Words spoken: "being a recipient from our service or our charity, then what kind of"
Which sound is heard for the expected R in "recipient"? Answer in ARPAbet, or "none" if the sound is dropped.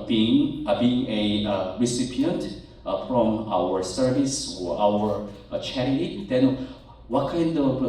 R